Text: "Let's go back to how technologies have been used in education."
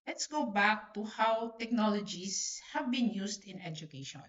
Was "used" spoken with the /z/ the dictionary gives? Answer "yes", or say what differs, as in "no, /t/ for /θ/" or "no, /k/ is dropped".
no, /s/ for /z/